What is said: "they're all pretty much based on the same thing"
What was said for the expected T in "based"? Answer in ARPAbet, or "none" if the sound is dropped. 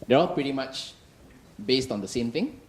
T